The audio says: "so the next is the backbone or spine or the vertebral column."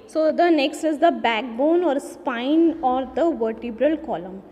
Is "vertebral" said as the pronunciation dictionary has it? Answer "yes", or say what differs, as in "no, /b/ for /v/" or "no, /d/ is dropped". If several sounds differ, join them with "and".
yes